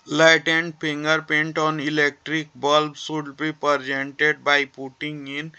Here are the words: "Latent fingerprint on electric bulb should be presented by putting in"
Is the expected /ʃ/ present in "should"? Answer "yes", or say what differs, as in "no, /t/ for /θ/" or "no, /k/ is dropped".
no, /s/ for /ʃ/